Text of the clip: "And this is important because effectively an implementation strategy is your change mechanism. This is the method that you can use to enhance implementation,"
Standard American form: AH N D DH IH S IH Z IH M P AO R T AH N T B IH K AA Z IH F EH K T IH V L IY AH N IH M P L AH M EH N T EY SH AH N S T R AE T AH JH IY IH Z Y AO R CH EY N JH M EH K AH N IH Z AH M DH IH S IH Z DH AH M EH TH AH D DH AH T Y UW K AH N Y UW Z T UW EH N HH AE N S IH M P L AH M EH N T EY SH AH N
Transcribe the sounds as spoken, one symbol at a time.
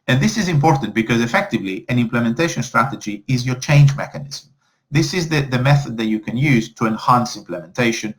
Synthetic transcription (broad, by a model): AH N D DH IH S IH Z IH M P AO R T AH N T B IH K AA Z IH F EH K T IH V L IY AH N IH M P L AH M EH N T EY SH AH N S T R AE T AH JH IY IH Z Y AO R CH EY N JH M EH K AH N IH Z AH M DH IH S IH Z DH AH M EH TH AH D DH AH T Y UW K AH N Y UW Z T UW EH N HH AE N S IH M P L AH M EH N T EY SH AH N